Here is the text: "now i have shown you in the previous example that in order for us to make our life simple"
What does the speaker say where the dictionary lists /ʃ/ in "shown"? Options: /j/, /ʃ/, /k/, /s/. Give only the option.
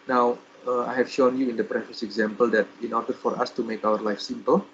/ʃ/